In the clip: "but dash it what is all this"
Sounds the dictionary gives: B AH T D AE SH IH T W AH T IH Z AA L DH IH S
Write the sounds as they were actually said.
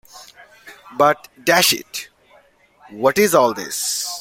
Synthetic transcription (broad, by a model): B AH T D AE SH IH T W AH T IH Z AA L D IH S